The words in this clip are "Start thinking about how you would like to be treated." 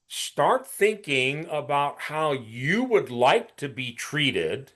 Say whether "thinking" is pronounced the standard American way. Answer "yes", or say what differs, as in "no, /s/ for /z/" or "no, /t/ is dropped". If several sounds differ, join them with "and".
yes